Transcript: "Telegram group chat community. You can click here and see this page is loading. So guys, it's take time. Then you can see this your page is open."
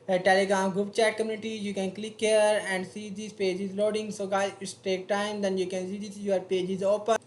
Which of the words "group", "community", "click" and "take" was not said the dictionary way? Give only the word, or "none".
group